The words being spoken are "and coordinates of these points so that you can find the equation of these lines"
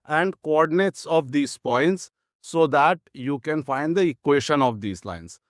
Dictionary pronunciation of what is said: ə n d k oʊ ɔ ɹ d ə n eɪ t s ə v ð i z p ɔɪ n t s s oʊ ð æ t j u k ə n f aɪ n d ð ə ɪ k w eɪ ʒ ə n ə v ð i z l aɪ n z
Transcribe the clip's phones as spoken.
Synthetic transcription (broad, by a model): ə n d k oʊ ɔ ɹ d ə n eɪ t s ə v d i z p ɔɪ n t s s oʊ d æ t j u k ə n f aɪ n d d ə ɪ k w eɪ ʃ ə n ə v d i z l aɪ n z